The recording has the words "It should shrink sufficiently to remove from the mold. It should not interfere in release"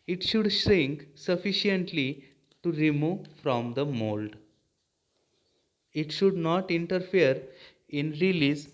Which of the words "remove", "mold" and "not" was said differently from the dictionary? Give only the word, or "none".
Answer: none